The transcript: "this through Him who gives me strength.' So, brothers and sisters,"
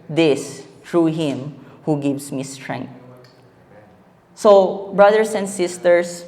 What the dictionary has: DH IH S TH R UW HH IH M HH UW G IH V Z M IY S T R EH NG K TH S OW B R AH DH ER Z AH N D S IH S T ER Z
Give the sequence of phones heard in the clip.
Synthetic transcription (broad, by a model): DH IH S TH R UW HH IH M HH UW G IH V S M IY S T R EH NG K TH S OW B R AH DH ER S AH N D S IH S T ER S